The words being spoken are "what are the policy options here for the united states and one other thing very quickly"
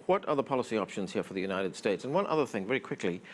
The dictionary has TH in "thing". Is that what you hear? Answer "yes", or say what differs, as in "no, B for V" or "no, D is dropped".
yes